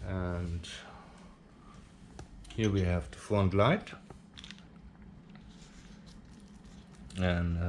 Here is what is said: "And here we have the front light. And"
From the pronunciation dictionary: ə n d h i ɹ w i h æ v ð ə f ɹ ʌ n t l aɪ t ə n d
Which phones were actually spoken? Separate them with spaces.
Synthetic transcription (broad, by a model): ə n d h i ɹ w i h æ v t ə f ʌ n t l aɪ t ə n